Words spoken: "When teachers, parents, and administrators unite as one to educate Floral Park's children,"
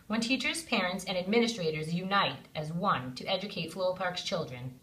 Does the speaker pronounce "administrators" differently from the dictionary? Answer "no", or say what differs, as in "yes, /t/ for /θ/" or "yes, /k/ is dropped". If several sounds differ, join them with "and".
no